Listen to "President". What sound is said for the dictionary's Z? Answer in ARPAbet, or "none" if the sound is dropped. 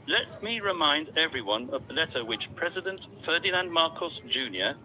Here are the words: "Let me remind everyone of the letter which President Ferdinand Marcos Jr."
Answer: Z